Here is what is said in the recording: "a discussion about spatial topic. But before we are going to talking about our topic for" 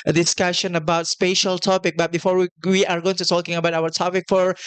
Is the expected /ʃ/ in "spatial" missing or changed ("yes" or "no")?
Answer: no